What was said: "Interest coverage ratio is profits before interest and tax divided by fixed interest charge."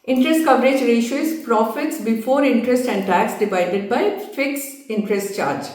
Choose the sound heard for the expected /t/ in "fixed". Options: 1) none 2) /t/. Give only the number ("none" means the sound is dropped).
1